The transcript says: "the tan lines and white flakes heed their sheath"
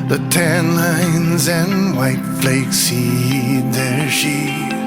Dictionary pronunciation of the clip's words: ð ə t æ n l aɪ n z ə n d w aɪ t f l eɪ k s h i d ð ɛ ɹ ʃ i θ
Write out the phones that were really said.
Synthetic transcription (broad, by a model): ð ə t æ n l aɪ n z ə n w aɪ t f l eɪ k s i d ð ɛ ɹ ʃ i